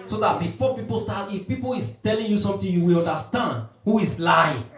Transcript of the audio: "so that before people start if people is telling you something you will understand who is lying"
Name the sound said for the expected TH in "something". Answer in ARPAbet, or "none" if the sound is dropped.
T